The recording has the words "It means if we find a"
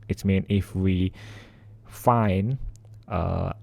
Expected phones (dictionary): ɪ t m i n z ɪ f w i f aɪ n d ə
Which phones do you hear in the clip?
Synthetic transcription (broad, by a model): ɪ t m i n ɪ f w i f aɪ n ə